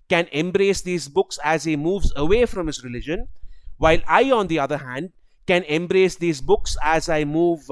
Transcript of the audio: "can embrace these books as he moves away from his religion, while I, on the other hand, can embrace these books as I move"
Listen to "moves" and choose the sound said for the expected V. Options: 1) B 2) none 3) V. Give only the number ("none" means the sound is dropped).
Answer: 3